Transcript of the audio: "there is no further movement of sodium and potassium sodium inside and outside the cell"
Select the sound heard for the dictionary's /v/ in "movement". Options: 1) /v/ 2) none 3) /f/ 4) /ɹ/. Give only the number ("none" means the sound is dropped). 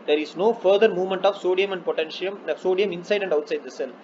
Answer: 1